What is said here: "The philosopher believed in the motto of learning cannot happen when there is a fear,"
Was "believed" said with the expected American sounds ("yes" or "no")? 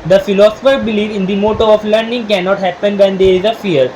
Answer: no